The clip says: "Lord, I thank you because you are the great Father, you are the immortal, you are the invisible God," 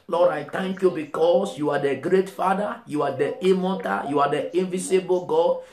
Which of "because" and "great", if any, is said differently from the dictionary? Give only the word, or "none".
because